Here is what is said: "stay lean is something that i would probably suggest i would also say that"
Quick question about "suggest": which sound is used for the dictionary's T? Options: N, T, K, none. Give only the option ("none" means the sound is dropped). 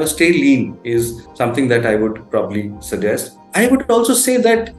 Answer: T